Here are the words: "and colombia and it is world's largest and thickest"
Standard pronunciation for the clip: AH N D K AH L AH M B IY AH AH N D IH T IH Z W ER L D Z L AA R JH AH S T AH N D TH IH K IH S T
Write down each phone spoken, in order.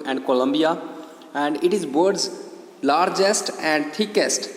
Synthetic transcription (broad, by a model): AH N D K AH L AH M B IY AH AH N D IH T IH Z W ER D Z L AA R JH AH S T AH N D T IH K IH S T